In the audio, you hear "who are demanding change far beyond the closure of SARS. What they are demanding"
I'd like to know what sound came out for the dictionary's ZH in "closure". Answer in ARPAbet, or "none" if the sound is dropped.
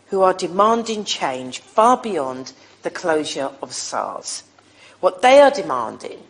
ZH